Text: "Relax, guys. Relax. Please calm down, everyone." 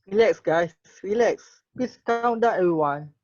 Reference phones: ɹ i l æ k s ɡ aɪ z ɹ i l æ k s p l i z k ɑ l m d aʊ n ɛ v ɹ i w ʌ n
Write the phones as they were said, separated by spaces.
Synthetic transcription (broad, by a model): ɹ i l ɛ k s ɡ aɪ s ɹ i l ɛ k s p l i s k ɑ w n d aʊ ɛ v ɹ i w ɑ n